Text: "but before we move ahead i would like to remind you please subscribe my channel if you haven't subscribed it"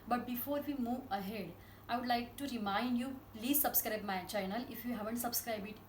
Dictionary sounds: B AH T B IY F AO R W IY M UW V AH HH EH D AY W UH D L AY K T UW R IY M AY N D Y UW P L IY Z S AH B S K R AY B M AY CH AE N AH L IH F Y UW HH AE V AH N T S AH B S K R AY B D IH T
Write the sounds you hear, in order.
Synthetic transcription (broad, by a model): B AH T B IY F AO R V IY M UW V AH HH EH D AY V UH D L AY K T UW R IY M AY N D Y UW P L IY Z S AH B S K R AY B M AY CH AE N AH L IH F Y UW HH AE V AH N T S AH B S K R AY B IH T